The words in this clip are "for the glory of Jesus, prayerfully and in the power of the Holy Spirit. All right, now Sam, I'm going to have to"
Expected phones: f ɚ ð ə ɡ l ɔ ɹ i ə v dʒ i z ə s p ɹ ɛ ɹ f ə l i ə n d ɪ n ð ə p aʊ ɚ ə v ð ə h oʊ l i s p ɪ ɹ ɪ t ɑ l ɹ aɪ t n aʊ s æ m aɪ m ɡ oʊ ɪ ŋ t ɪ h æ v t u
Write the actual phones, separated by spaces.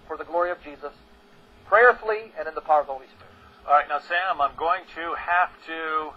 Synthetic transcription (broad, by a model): f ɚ ð ə ɡ l ɔ ɹ i ə v dʒ i z ə s p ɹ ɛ ɹ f l i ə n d ɪ n ð ə p aʊ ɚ ə v ð ə h oʊ l i s p ɪ ɹ ɪ t ɑ l ɹ aɪ t n aʊ s æ m aɪ m ɡ oʊ ɪ ŋ t ɪ h æ f t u